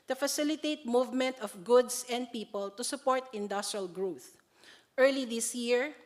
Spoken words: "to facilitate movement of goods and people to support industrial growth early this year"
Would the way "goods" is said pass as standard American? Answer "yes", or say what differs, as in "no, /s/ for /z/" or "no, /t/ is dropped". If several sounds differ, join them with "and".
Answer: no, /s/ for /z/